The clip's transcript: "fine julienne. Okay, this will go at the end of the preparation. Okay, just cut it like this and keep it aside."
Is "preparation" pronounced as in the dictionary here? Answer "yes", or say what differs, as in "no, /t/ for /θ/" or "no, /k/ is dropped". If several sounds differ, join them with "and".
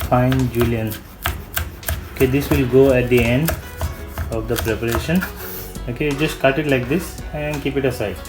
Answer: yes